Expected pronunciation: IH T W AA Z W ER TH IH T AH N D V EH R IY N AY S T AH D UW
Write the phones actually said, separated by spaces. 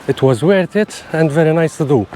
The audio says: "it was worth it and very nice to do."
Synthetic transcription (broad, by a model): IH T W AA Z W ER T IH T AH N D V EH R IY N AY S T AH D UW